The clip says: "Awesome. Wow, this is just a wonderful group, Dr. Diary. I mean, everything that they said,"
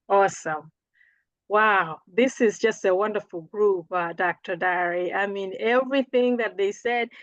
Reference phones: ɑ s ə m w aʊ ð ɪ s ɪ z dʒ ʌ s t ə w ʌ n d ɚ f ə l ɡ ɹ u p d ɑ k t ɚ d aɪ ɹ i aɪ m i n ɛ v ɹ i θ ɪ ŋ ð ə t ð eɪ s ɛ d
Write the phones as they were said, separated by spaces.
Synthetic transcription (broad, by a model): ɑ s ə m w aʊ ð ɪ s ɪ z dʒ ʌ s t ə w ʌ n d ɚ f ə l ɡ ɹ u p d ɑ k t ɚ d aɪ ɹ i aɪ m i n ɛ v ɹ i θ ɪ ŋ ð ə t ð eɪ s ɛ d